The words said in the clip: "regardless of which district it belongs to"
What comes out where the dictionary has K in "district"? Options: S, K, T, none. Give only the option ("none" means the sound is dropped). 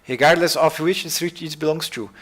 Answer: none